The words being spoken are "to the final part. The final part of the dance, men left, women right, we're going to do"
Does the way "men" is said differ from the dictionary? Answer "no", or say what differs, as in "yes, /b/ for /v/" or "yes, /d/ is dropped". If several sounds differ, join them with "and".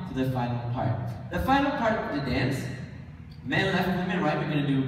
yes, /l/ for /n/